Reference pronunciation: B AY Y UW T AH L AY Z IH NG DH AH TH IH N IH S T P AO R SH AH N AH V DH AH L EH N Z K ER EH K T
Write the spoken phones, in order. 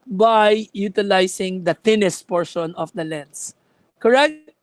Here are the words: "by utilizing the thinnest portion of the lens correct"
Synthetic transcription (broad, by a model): B AY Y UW T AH L AY S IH NG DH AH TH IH N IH S T P AO R SH AH N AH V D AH L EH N S K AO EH K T